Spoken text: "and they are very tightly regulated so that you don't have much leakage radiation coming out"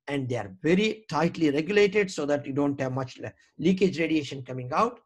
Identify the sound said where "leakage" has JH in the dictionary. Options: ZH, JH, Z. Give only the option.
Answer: JH